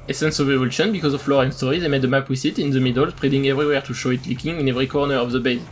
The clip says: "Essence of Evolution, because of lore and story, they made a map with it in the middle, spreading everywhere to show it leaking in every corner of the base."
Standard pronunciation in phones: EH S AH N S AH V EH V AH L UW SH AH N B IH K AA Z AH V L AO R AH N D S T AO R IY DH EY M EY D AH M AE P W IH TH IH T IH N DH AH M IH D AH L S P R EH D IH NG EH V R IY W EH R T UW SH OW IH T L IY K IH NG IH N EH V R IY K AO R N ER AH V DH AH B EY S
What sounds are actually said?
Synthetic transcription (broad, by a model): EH S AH N S AH V EH V AH L UW SH AH N B IH K AA Z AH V L AO R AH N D S T AO R IY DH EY M EY D AH M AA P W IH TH IH T IH N DH AH M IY D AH L S P R EH D IH NG EH V R IY W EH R T UW SH OW IH T L IY K IH NG IH N EH V R IY K AO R N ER AH V DH AH B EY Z